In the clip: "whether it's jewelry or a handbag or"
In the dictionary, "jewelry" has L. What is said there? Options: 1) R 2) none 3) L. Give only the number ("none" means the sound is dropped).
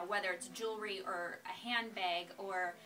3